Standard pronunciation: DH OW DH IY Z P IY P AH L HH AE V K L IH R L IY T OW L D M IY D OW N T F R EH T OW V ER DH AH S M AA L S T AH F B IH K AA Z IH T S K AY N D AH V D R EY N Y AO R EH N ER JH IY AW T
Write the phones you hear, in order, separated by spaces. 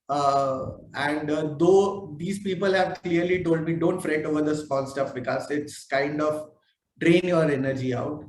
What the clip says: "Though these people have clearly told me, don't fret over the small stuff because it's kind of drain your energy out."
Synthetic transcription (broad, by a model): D OW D IY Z P IY P AH L HH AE V K L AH R L IY T OW L D M IY D OW N T F R EH T OW V ER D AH S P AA N S T AH F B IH K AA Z IH T S K AY N D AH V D R EY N Y AO R EH N ER JH IY AW T